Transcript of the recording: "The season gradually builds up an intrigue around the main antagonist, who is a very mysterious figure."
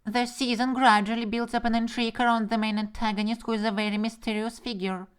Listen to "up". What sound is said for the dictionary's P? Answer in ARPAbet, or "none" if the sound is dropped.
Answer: P